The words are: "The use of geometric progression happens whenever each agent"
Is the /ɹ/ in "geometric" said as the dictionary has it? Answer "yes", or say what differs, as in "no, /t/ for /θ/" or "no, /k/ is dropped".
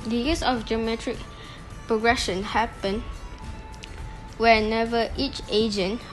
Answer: yes